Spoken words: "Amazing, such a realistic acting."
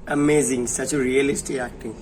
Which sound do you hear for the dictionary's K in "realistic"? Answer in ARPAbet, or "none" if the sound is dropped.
none